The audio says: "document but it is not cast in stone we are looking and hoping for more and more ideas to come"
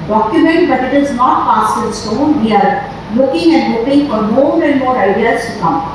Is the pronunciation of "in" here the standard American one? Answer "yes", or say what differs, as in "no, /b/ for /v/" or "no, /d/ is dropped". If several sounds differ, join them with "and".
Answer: no, /l/ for /n/